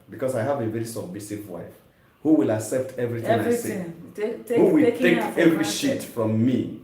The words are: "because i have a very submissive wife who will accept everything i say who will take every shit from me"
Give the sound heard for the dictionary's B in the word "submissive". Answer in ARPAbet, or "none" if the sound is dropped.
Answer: B